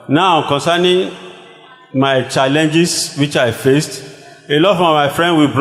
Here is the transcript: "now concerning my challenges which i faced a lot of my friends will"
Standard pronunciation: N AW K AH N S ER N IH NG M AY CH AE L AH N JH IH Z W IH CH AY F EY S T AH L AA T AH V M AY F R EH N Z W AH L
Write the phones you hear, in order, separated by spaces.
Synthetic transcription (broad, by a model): N AW K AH N S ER N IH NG M AY CH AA L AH N JH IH S W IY CH AY F EY S T AH L AA T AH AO M AY F R EH N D W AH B